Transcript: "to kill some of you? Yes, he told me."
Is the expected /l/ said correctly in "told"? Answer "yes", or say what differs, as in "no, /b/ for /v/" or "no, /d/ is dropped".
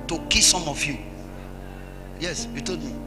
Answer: no, /l/ is dropped